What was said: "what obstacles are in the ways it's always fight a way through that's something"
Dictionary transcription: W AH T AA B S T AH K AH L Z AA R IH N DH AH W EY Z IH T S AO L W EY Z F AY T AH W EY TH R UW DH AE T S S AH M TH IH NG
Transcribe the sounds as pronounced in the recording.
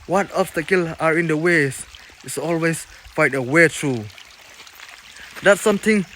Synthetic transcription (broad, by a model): W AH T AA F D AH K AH L AA R IH N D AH W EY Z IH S AO L W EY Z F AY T AH W EY T R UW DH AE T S S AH M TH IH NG